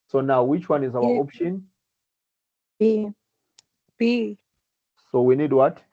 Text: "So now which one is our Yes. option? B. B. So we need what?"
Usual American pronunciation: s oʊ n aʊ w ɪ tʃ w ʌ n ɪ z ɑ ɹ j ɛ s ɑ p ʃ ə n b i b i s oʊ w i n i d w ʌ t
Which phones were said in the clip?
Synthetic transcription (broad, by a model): s oʊ n aʊ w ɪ tʃ w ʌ n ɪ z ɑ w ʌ ɑ p ʃ ə n b i b i s oʊ w i n i d w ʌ t